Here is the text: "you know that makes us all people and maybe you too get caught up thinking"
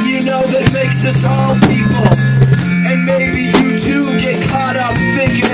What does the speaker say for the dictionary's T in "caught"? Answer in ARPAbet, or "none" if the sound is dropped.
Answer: T